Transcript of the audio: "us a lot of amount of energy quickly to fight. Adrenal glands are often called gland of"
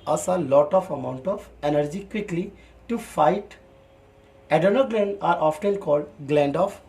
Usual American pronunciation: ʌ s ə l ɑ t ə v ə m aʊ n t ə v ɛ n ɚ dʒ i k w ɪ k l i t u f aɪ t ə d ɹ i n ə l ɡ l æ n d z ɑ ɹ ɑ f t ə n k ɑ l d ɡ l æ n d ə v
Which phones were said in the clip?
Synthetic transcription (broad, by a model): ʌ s ə l ɑ t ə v ə m aʊ n t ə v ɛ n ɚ dʒ i k w ɪ k l i t u f aɪ t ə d ʌ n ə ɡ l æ n d ɑ ɹ ɑ f t ə n k ɑ l d ɡ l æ n d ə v